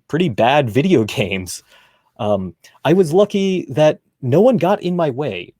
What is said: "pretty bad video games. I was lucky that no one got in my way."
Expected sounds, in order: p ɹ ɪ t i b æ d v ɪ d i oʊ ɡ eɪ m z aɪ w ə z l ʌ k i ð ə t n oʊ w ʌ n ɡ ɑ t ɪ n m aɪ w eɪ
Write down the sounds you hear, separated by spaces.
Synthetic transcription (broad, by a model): p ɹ ɪ t i b æ d v ɪ d i oʊ ɡ eɪ m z aɪ w ə z l ʌ k i ð ə t n oʊ w ʌ n ɡ ɑ t ɪ n m aɪ w eɪ